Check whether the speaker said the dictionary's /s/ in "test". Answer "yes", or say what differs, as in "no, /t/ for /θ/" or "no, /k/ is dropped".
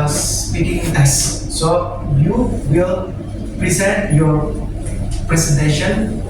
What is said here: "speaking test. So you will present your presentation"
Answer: no, /s/ is dropped